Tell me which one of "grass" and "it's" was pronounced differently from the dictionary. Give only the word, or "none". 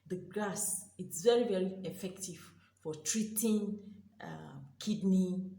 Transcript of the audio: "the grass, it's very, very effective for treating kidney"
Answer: grass